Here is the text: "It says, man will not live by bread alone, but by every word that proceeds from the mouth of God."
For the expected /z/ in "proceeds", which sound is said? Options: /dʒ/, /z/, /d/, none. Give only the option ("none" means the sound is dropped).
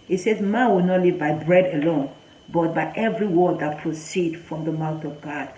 none